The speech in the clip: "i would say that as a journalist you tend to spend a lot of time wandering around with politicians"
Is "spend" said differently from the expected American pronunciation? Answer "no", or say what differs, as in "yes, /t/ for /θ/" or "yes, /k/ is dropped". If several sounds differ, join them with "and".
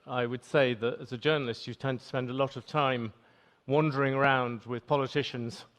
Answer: no